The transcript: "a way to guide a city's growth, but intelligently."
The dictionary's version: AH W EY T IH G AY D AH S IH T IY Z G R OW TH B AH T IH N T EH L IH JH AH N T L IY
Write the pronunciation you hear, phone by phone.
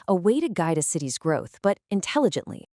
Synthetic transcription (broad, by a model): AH W EY T IH G AY D AH S IH T IY Z G R OW TH B AH T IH N T EH L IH JH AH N T L IY